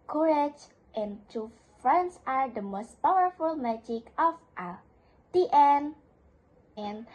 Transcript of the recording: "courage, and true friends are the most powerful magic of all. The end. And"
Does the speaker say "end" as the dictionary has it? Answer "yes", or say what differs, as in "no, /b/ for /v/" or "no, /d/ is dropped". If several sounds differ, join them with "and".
no, /d/ is dropped